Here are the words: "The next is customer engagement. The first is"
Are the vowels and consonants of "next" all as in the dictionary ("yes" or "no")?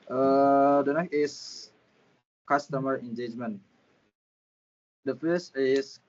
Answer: no